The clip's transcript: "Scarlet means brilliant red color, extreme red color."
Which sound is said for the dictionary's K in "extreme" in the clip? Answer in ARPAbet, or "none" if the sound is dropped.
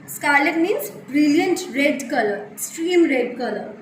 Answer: none